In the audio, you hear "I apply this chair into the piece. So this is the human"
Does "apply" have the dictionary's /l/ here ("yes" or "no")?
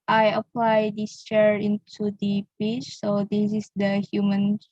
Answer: yes